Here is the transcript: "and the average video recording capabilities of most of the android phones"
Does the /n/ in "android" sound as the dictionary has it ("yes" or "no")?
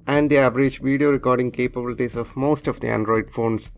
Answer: yes